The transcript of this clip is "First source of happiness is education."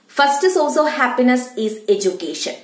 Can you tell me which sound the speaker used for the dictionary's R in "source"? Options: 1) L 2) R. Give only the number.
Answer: 1